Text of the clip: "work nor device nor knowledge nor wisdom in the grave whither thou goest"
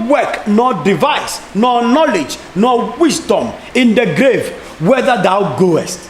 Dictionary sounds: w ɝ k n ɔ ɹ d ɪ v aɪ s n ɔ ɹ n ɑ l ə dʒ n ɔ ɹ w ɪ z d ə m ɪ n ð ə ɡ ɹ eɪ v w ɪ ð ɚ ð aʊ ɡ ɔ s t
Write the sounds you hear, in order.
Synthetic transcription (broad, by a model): w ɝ k n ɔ d ɪ v aɪ s n ɔ n ɑ l ə dʒ n ɔ w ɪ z d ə m ɪ n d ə ɡ ɹ eɪ v w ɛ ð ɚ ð aʊ ɡ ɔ s t